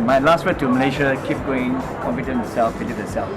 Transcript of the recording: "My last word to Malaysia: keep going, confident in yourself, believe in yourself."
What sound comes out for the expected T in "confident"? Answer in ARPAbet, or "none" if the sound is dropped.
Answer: none